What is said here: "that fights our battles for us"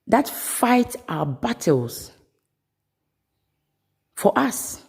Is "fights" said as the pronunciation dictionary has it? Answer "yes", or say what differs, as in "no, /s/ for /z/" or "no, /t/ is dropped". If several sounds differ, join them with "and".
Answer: no, /s/ is dropped